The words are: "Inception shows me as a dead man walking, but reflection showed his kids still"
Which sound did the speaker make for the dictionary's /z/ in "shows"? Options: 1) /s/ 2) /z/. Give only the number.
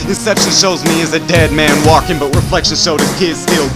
2